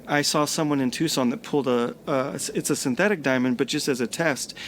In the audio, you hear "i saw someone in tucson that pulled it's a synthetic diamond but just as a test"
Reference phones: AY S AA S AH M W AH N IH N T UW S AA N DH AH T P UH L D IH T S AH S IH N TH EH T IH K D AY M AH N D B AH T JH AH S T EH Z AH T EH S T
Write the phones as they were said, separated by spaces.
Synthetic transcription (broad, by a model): AY S AA S AH M W AH N IH N T UW S AA N DH AH T P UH L D IH T S AH S IH N TH EH T IH K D AY M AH N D B AH T JH AH S T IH Z AH T EH S T